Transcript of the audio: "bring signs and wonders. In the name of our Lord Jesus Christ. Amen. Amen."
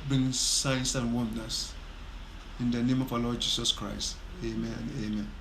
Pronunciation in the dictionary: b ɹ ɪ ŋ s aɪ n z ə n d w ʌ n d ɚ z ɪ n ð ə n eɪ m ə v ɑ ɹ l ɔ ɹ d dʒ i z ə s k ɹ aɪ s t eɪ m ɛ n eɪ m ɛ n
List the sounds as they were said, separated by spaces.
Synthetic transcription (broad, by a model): b ɹ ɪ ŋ s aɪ n s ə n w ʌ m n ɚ s ɪ n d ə n eɪ m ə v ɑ l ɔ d dʒ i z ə s k ɹ aɪ s t eɪ m ɛ n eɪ m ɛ n